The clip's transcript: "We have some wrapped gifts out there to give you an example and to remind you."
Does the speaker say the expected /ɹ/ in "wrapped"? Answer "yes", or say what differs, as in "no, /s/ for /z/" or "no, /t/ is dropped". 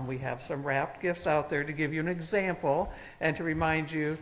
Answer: yes